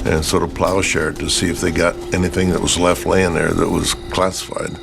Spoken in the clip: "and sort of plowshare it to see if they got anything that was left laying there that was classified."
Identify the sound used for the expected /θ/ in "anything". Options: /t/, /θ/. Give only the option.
/θ/